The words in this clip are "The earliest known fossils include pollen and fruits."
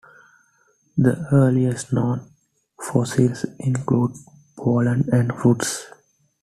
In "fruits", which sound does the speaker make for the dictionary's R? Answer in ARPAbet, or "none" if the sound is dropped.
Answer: none